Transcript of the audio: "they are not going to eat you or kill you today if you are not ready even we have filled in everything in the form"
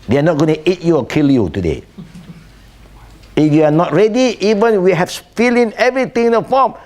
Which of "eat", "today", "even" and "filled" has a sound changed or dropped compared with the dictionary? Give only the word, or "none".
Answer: filled